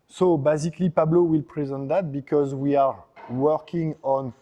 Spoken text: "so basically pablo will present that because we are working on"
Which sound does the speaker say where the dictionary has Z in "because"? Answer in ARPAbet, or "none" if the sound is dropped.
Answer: Z